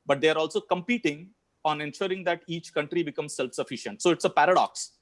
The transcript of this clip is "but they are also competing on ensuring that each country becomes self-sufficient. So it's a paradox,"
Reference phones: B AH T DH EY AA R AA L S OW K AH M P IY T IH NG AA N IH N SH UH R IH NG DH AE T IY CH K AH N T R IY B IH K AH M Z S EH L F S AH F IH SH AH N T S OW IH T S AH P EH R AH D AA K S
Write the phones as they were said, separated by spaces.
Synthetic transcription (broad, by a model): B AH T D EY AA R AA L S OW K AH M P IY T IH NG AA N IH N SH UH R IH NG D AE T IY CH K AH N T R IY B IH K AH M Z S EH L F S AH F IH SH AH N T S OW IH T S AH P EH R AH D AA K S